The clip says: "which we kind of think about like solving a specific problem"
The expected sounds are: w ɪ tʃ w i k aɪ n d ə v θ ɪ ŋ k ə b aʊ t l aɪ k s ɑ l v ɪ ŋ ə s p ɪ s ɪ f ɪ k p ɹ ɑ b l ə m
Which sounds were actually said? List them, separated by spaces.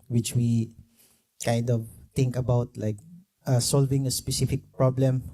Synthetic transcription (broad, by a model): w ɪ tʃ w i k aɪ n d ə v t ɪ ŋ k ə b aʊ t l aɪ k s ɑ l v ɪ ŋ ə s p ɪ s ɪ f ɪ k p ɹ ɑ b l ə m